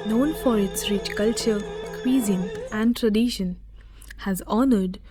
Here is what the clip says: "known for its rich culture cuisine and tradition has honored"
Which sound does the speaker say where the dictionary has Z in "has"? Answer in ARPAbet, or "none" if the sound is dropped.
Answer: Z